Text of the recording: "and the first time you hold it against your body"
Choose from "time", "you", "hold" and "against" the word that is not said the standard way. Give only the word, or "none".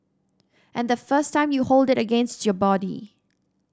none